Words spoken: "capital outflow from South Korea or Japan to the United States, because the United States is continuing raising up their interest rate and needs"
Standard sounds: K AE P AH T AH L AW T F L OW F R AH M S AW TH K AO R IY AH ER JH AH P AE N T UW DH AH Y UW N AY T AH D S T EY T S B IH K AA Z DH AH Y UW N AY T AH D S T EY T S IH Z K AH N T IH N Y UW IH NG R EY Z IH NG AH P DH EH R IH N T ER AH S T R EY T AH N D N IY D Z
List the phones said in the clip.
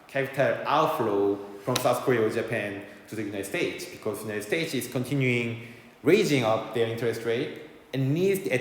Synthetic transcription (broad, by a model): K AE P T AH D AW T F L OW F R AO M S AW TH K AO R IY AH JH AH P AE N T UW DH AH Y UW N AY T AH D S T EY T S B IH K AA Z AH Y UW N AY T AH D S T EY T S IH S K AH N T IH N Y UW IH NG R EY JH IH NG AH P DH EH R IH N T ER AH S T R EY T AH N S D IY